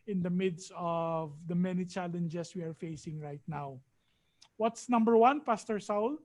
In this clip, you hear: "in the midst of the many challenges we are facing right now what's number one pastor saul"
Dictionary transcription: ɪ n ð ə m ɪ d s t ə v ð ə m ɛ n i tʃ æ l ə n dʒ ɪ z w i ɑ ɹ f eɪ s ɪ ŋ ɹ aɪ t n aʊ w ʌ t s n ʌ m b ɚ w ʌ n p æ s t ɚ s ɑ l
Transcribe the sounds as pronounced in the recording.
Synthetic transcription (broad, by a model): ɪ n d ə m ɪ d s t ə v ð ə m ɛ n i tʃ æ l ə n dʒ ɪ s w i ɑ ɹ f eɪ s ɪ ŋ ɹ aɪ t n aʊ w ʌ t s n ʌ m b ɚ w ʌ n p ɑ s t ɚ s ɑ l